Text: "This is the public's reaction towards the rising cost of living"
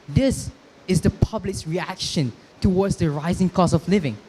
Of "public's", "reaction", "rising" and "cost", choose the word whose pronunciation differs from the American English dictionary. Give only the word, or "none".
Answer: cost